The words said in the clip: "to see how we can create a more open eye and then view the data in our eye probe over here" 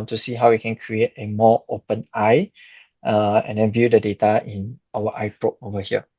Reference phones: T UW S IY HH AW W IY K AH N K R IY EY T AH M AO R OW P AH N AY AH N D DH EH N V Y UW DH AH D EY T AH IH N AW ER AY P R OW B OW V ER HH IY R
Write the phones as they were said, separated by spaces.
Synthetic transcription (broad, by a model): T UW S IY HH AW W IY K AH N K R IY EY T AH M AO OW P AH N AY AH N D EH N V Y UW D AH D EY T AH IH N AW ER AY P R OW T OW V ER HH IY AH